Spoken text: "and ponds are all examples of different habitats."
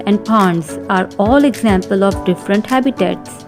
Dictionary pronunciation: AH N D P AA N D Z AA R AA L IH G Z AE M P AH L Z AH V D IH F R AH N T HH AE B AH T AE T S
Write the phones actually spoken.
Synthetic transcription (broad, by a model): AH N D P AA N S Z AA R AA L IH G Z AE M P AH L AH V D IH F R AH N T HH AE B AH T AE T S